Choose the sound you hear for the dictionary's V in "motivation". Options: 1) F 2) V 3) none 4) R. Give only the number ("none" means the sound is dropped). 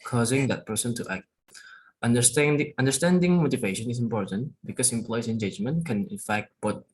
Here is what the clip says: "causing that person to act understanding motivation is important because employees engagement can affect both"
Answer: 2